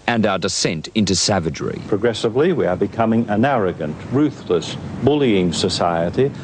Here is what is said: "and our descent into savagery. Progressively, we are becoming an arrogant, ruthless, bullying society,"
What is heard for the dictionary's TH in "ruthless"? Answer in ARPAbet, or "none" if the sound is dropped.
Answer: TH